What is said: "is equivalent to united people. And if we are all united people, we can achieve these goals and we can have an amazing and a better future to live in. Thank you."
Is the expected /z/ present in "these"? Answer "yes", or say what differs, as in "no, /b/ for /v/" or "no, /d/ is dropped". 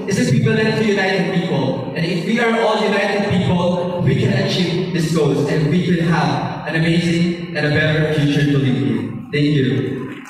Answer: no, /s/ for /z/